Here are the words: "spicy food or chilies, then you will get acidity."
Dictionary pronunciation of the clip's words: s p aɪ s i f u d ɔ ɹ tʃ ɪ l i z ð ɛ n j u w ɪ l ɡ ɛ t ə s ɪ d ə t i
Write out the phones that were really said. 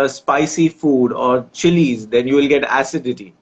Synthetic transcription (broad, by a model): s p aɪ s i f u d ɔ ɹ tʃ ɪ l i z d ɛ n j u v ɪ l ɡ ɛ t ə s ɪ d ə t i